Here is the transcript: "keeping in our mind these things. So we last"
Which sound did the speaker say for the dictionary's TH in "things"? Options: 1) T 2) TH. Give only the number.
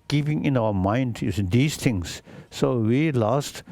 1